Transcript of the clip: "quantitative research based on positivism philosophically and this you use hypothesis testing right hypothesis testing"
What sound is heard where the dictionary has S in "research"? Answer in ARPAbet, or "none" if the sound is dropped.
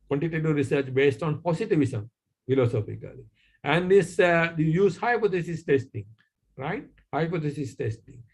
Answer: S